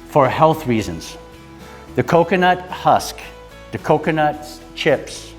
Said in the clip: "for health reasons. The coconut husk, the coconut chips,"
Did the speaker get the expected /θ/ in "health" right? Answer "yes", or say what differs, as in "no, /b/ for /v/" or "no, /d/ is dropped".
yes